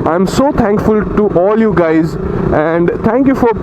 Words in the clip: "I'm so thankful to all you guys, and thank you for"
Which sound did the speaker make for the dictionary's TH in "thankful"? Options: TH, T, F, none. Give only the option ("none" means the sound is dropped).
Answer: T